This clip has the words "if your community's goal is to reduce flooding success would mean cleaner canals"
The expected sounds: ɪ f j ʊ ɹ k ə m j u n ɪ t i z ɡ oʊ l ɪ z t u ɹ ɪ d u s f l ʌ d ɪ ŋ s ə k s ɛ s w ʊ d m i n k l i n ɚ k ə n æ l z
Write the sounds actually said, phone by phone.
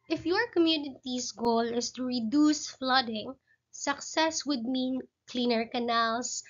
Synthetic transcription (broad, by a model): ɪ f j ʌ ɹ k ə m j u n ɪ t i s ɡ oʊ l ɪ s t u ɹ ɪ d u s f l ʌ d ɪ ŋ s ə k s ɛ s w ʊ d m i n k l i n ɚ k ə n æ l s